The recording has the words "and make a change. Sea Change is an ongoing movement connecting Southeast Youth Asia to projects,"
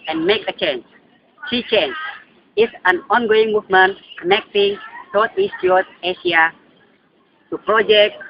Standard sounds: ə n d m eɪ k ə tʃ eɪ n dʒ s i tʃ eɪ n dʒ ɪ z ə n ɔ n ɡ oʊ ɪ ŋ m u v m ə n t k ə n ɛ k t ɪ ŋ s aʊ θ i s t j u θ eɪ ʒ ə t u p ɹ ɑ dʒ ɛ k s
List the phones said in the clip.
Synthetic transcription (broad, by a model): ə n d m eɪ k ə tʃ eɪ n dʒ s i tʃ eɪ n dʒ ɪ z ə n ɔ n ɡ oʊ ɪ ŋ m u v m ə n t k ə n ɛ k t ɪ ŋ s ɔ t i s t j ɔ t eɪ ʃ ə t u p ɹ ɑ dʒ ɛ k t